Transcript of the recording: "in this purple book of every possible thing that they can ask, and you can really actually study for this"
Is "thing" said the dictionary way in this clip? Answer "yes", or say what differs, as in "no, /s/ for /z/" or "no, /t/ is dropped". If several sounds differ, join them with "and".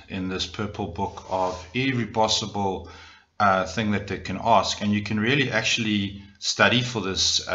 yes